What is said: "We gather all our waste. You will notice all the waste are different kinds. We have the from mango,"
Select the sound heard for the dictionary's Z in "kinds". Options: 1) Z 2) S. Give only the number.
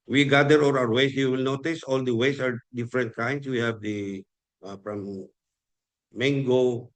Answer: 2